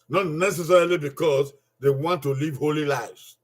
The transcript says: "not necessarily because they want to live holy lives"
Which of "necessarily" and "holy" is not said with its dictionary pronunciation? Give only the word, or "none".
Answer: none